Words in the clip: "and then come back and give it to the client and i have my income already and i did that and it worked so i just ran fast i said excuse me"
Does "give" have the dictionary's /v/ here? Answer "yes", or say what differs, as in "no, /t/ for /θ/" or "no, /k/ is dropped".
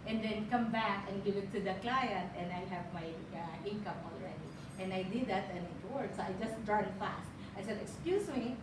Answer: no, /v/ is dropped